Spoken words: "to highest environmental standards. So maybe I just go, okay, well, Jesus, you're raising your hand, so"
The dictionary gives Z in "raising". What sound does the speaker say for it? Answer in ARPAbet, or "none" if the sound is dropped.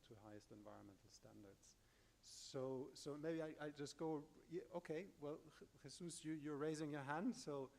Z